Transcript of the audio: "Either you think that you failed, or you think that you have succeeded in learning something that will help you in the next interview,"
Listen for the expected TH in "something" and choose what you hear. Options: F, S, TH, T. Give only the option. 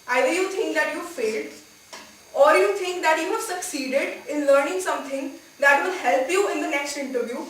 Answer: T